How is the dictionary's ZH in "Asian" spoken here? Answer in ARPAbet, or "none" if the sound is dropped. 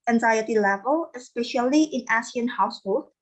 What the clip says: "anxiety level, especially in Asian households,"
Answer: S